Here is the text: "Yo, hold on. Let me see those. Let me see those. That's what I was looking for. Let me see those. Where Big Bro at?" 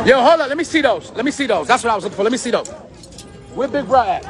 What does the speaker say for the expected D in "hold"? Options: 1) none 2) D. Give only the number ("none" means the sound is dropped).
1